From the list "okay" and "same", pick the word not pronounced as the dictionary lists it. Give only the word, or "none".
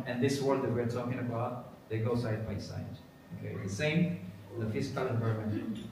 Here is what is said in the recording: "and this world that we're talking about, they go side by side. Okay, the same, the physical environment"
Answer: none